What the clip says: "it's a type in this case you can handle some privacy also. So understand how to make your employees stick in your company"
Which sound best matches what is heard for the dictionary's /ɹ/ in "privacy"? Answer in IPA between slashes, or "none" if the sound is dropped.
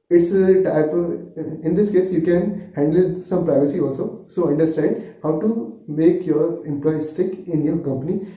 /ɹ/